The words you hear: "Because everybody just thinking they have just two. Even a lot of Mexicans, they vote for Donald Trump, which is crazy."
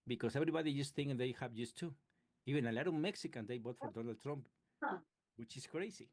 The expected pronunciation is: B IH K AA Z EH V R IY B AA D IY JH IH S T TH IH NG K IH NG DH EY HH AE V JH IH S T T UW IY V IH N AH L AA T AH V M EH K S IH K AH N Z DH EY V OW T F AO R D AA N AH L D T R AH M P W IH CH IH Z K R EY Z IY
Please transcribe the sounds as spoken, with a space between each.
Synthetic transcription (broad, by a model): B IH K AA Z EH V R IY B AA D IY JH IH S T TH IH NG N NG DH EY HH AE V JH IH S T T UW IY V IH N AH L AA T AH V M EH K S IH K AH N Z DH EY B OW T F AO R D AA N AH L D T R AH M P W IH CH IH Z K R EY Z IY